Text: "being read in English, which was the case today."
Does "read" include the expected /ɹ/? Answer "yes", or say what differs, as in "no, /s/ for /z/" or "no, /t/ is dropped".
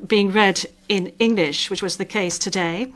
yes